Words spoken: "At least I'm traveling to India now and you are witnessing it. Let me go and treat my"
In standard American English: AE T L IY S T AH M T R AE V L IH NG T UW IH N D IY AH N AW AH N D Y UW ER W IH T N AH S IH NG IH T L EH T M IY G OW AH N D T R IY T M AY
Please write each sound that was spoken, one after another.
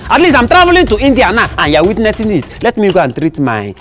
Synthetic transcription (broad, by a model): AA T L IY S T AH M T R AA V L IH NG T UW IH N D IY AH N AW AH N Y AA W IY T N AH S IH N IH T L EH T M IY G OW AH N T R IY T M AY